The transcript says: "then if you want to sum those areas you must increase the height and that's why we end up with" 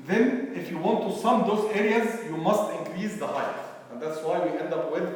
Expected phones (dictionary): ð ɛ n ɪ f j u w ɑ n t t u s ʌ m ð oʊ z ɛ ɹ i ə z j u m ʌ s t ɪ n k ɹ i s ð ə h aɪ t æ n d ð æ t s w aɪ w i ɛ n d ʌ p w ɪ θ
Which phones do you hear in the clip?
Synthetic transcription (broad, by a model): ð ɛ n ɪ f j u w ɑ n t t u s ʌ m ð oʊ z ɛ ɹ i ə z j u m ʌ s t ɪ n k ɹ i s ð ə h aɪ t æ n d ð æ t s w aɪ w i ɛ n d ʌ p w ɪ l